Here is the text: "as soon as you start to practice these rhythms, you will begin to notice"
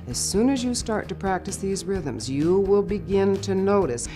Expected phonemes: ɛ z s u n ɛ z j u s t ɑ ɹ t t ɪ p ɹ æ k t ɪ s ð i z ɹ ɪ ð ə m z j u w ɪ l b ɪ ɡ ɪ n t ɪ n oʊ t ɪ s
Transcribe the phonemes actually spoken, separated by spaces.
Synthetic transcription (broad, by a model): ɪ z s u n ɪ z j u s t ɑ ɹ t t ɪ p ɹ æ k t ɪ s ð i z ɹ ɪ ð ə m z j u w ɪ l b ɪ ɡ ɪ n t ɪ n oʊ t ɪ s